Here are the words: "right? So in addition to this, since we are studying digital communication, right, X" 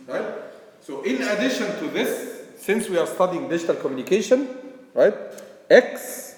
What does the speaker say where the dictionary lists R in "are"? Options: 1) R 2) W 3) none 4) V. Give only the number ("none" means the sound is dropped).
1